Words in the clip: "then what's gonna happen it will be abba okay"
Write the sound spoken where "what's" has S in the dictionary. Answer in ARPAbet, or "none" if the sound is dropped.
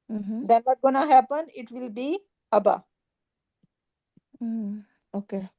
none